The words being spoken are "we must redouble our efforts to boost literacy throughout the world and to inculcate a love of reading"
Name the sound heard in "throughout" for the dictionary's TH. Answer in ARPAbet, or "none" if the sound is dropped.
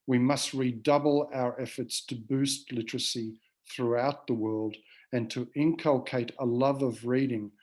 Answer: TH